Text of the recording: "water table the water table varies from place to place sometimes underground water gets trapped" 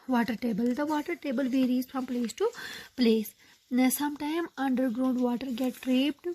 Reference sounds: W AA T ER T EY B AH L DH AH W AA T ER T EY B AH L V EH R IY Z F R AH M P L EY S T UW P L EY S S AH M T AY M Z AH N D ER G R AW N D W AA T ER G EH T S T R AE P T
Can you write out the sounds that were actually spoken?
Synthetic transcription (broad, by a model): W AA T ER T EY B AH L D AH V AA T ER T EY B AH L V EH R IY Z F R AH M P L EY S T UW P L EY S S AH M T AY M AH N D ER G R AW N D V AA T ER G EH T T R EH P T